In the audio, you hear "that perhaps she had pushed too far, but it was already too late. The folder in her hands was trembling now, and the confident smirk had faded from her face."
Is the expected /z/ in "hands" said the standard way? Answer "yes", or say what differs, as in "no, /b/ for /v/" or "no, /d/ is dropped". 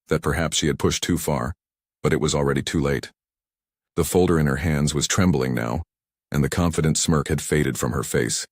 yes